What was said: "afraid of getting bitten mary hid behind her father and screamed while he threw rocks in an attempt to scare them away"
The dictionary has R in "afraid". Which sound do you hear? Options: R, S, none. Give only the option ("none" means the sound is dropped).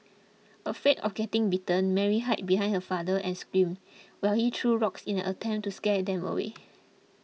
none